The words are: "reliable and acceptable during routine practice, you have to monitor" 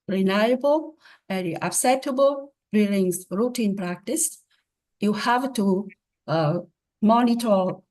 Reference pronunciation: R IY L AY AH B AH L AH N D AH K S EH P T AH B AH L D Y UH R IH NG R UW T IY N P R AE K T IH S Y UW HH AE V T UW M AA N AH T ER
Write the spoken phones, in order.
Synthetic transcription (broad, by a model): R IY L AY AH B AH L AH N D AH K S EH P T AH B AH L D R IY L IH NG R UW T IY N P R AE K T IH S Y UW HH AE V T UW M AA N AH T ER